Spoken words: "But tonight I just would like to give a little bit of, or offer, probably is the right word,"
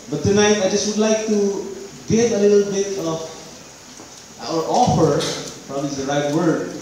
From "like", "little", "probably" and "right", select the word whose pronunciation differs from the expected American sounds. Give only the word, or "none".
probably